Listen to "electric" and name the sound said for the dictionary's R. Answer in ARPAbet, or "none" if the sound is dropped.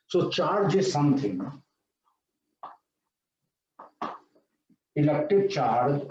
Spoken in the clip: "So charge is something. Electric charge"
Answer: none